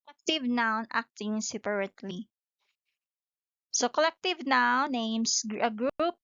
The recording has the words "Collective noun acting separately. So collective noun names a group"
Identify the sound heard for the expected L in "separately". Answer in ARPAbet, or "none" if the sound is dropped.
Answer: L